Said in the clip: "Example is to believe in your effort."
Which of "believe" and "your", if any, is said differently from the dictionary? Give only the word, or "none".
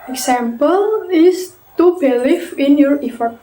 believe